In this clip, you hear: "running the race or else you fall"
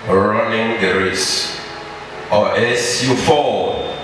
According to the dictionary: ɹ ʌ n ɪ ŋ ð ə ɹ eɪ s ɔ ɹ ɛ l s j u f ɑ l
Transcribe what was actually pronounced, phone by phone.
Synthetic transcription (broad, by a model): ɹ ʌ n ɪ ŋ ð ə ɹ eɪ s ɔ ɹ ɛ s j u f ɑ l